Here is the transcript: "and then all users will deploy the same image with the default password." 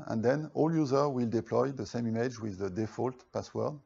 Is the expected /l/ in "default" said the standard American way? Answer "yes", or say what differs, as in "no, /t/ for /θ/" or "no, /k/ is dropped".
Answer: yes